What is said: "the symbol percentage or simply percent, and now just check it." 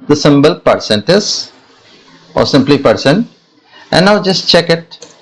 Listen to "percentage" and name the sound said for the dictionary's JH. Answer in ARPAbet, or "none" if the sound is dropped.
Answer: Z